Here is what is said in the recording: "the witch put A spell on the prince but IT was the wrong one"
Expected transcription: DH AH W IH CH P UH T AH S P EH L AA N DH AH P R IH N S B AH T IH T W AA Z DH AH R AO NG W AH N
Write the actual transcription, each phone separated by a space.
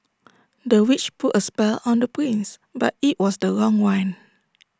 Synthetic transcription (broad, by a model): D AH W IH CH P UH T AH S P EH L AA N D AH P R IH N S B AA T IH T W AA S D AH R AO NG W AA N